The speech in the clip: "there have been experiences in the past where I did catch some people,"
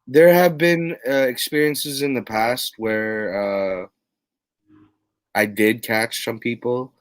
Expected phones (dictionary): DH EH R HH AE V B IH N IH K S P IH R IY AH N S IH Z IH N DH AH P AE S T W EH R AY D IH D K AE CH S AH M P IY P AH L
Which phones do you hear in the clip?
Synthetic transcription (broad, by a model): DH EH R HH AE V B IH N IH K S P IH R IY AH N S IH Z IH N DH AH P AE S T W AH R AY D IH D K AE CH S AH M P IY P L